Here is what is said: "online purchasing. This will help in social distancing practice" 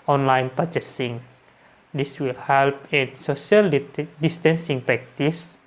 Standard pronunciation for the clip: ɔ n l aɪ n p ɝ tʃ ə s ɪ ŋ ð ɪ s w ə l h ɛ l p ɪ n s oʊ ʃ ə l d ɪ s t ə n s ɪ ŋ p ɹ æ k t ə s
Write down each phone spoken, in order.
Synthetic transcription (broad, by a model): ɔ n l aɪ n p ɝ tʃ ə s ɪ ŋ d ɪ s w ə l h ɛ l p ɪ n s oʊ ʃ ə l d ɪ s t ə n s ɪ ŋ p ɹ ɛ k t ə s